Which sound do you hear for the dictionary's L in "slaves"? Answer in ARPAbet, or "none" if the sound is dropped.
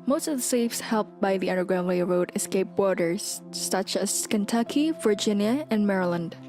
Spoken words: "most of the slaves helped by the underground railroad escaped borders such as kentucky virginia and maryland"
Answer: none